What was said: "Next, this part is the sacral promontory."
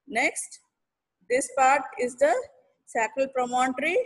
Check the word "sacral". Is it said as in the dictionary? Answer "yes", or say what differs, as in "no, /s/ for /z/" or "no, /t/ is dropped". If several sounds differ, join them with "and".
no, /ɹ/ is dropped